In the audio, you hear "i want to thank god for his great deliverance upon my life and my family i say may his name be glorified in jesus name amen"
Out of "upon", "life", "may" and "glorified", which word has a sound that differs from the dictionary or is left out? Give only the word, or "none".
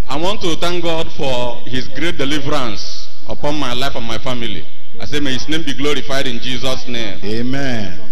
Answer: none